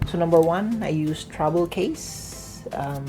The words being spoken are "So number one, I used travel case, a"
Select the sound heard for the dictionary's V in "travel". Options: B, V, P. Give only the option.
B